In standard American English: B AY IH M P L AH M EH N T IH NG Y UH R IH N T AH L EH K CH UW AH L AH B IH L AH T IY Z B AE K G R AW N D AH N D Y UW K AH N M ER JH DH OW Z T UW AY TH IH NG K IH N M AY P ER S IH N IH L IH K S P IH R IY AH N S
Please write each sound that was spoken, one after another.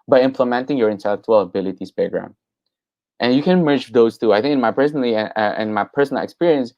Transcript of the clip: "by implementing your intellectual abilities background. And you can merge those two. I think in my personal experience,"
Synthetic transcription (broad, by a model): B AY IH M P L AH M EH N T IH NG Y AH R IH N T AH L EH K CH UW AH L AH B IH L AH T IY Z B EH G R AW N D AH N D Y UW K AH N M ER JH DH OW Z T UW AY TH IH NG K IH N M AY P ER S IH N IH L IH K S P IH R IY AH N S